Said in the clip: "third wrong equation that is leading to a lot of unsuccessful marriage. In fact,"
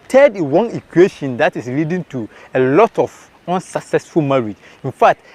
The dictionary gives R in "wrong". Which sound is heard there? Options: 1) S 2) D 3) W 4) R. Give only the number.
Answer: 3